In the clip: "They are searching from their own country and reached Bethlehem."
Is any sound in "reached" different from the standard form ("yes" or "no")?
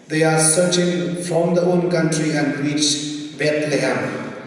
yes